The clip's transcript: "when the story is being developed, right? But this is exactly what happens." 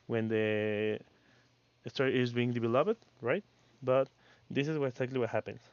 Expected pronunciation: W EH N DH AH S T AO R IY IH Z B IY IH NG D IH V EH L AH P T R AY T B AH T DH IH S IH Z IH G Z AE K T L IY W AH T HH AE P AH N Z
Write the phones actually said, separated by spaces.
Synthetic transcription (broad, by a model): W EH N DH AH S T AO R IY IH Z B IY IH NG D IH B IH L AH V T R AY T B AH T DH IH S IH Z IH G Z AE K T L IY W AH T HH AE P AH N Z